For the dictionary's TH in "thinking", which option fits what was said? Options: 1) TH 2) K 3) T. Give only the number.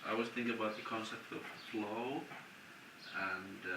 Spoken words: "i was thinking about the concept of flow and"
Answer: 1